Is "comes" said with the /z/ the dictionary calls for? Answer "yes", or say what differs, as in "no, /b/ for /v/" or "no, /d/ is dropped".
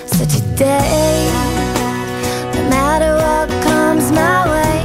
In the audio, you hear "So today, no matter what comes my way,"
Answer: yes